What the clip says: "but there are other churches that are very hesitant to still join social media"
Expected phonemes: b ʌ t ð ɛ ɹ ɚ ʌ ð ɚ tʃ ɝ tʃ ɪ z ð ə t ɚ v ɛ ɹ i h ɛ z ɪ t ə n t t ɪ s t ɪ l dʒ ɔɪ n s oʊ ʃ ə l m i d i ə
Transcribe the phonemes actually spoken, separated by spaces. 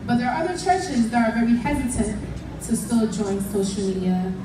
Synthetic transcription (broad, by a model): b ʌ t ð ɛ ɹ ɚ ʌ ð ɚ tʃ ɝ tʃ ɪ z ð ə t ɚ v ɛ ɹ i h ɛ z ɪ t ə n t t ɪ s t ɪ l dʒ ɔɪ n s oʊ ʃ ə l m i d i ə